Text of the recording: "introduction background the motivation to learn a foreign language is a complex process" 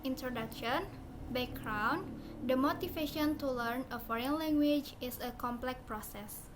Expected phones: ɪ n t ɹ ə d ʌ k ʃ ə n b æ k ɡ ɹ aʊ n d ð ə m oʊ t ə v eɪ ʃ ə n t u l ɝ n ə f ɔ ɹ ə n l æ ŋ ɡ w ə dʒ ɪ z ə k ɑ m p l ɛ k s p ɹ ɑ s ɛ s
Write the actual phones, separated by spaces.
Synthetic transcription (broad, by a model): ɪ n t ɹ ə d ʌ k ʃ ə n b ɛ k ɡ ɹ aʊ n d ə m oʊ t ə f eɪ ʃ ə n t u l ɝ n ə f ɔ ɹ ə n l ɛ ŋ ɡ w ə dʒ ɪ s ə k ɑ m p l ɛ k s p ɹ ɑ s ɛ s